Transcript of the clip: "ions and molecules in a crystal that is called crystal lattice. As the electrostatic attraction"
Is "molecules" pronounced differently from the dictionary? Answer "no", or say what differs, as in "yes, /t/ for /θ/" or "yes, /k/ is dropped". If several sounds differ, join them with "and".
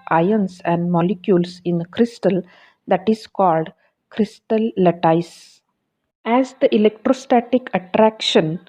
yes, /s/ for /z/